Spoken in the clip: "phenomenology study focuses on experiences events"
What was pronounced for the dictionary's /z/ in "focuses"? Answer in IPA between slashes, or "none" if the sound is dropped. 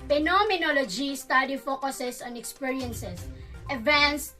/s/